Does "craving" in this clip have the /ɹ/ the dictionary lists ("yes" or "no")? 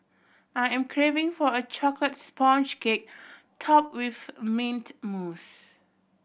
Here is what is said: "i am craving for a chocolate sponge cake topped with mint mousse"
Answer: yes